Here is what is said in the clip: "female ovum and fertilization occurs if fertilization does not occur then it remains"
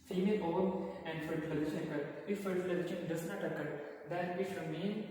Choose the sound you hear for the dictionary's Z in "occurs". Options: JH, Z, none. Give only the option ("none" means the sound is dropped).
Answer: none